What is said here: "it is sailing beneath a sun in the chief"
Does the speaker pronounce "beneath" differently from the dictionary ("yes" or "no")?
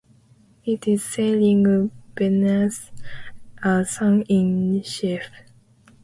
yes